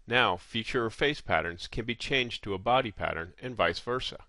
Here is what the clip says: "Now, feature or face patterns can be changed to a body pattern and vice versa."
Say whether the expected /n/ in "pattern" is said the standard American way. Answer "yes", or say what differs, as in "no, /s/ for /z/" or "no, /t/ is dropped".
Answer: yes